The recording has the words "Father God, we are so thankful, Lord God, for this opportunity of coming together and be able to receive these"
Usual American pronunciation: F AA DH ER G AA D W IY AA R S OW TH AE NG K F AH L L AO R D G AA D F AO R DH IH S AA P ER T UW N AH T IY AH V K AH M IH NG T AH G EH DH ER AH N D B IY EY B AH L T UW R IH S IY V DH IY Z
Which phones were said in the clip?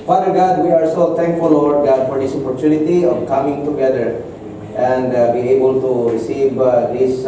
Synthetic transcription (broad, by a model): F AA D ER G AA D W IY AA R S OW T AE NG K F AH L L AO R D G AA D F AO R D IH S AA P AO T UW N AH T IY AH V K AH M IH NG T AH G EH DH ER AH N D B IY EY B AH L T UW R IH S IY V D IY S